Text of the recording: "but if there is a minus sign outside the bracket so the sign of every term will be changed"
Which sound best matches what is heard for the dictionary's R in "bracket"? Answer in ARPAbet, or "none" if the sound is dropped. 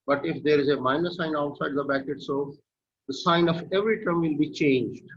none